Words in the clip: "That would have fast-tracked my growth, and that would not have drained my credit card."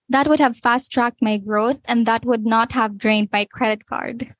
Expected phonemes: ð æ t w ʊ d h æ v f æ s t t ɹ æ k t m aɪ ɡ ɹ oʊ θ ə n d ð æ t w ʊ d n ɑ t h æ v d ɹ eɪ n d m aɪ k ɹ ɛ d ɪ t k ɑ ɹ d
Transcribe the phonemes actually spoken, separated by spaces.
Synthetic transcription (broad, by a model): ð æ t w ʊ d h æ v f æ s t t ɹ æ k t m aɪ ɡ ɹ oʊ θ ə n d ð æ t w ʊ d n ɑ t h æ v d ɹ eɪ n d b aɪ k ɹ ɛ d ɪ t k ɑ ɹ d